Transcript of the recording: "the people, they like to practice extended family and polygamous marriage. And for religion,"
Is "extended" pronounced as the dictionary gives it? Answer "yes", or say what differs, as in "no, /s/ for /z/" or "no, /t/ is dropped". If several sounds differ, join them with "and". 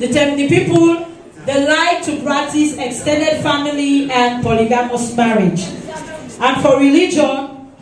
yes